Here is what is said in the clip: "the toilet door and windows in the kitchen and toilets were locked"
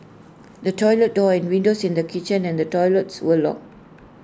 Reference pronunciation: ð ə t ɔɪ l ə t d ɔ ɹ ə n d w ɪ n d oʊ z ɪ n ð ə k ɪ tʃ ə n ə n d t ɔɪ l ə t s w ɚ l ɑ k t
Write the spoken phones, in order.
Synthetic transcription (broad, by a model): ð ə t ɔɪ l ə t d ɔ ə n w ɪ n d oʊ s ɪ n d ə k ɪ tʃ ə n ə n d t ɔɪ l ə t s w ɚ l ɑ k